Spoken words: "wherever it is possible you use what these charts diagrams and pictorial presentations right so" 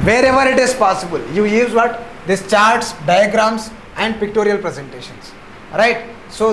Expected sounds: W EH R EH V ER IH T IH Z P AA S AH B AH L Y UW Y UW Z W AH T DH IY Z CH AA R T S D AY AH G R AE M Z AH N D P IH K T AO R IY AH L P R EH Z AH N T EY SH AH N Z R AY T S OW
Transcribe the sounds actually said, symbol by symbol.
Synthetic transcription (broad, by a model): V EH R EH V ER IH T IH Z P AA S AH B AH L Y UW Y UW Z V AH T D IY S CH AA R T S D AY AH G R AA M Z AH N D P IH K T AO R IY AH L P R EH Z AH N T EY SH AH N S R AY T S OW